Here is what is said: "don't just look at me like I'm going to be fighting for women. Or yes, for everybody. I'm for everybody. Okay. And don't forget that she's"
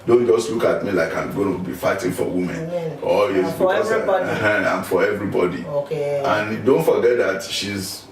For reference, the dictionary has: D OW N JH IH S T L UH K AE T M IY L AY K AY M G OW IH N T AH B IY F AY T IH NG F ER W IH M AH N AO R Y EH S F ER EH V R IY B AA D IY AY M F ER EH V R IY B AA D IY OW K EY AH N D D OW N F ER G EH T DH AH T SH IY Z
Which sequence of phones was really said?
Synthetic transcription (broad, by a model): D OW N JH IH S T L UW K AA T M IY L AY K AY M G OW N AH B IY F AY T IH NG F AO W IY M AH N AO L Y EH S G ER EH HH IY AA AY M F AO EH V R IY B AA D IY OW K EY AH N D D OW N F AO G EH T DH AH T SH IY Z